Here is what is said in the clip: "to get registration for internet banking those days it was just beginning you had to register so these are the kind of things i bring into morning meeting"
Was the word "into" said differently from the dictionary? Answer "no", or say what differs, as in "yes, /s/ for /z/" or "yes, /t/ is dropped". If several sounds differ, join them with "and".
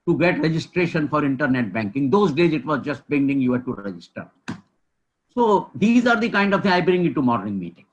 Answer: yes, /n/ is dropped